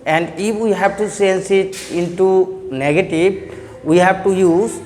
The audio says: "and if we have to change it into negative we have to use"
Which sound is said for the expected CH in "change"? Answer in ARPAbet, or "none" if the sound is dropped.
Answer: S